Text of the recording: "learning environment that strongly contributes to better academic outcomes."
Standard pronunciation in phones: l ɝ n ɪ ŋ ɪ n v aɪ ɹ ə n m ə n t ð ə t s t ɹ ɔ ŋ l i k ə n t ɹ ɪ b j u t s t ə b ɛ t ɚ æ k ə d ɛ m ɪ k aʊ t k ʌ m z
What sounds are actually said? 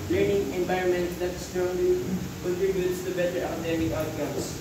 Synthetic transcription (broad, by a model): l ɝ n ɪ ŋ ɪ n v aɪ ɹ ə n m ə n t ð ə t s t ɔ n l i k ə n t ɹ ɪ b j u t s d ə b ɛ t ɚ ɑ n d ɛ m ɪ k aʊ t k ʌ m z